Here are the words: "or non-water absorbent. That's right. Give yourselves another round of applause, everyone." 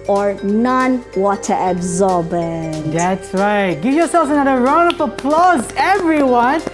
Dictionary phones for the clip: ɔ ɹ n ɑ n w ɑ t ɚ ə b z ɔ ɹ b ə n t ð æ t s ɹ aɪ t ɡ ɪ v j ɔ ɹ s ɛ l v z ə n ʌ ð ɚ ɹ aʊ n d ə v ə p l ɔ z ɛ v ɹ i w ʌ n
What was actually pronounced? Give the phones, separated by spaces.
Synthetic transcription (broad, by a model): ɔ ɹ n ɑ n w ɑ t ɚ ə b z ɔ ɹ b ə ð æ t s ɹ aɪ t ɡ ɪ v j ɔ s ɛ l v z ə n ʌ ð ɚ ɹ aʊ n d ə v ə p l ɔ z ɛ v ɹ i w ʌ n